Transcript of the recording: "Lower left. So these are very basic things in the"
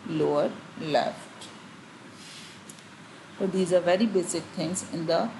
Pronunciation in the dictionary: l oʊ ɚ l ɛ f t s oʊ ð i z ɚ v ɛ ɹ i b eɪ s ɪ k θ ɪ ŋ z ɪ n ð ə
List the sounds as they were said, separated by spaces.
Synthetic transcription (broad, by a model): l oʊ ɚ l ɛ f t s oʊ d i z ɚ v ɛ ɹ i b eɪ s ɪ k t ɪ ŋ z ɪ n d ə